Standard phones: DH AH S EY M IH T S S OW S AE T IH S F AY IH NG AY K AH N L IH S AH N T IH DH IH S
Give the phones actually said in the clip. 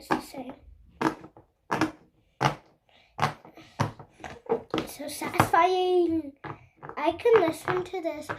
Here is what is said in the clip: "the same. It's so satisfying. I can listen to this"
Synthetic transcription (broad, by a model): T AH S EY IH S S OW S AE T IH S F AY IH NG AY K AH N L IH S AH N T IH DH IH S